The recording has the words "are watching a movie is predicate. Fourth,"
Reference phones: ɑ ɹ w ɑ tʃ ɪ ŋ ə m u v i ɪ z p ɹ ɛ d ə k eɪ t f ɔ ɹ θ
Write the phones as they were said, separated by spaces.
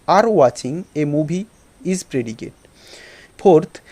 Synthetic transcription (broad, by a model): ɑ ɹ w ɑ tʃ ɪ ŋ ə m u b i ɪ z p ɹ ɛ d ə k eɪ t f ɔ ɹ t